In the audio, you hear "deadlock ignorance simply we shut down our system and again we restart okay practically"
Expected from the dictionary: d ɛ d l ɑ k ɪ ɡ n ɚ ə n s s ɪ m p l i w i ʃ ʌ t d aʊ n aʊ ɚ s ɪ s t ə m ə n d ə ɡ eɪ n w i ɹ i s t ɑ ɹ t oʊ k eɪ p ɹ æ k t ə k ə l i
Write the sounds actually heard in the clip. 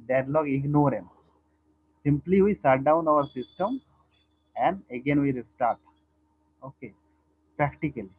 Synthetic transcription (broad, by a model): d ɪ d l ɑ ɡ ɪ ɡ n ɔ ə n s s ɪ m p l i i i s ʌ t d aʊ n aʊ ɚ s ɪ s t ə m ə n d ə ɡ eɪ n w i ɹ i s t ɑ ɹ t oʊ k eɪ p ɹ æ k t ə k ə l i